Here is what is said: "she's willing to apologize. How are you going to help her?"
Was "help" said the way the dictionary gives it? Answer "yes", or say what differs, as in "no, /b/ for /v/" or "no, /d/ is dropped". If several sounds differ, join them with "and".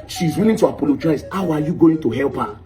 yes